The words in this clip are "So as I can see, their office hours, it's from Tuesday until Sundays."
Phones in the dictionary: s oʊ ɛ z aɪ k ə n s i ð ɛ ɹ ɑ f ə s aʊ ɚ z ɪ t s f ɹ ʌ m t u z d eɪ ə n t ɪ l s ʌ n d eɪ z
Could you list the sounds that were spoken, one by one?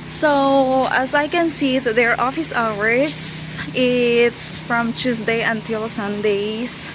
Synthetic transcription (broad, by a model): s oʊ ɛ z aɪ k ə n s i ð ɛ ɹ ɑ f ə s aʊ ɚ s ɪ t s f ɹ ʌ m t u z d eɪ ə n t ɪ l s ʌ n d eɪ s